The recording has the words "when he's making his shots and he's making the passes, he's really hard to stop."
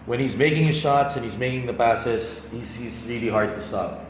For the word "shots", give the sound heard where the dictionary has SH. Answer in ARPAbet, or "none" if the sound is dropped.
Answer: SH